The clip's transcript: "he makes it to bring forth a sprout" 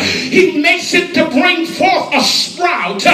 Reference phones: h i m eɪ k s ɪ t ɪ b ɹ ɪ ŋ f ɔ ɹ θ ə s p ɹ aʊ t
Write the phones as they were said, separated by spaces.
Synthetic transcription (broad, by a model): h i m eɪ k s ɪ t ɪ b ɹ ɪ ŋ f ɔ ɹ θ ə s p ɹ aʊ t